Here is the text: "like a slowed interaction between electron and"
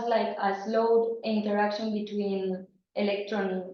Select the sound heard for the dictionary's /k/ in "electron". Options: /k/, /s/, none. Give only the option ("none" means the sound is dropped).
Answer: /k/